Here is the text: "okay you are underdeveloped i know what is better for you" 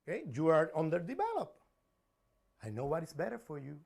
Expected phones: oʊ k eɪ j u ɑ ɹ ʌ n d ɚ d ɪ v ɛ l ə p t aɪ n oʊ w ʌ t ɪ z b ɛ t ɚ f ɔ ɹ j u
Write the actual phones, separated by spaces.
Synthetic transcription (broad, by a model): k eɪ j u ɑ ɹ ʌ n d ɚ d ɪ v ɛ l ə p aɪ n oʊ w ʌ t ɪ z b ɛ t ɚ f ɔ ɹ j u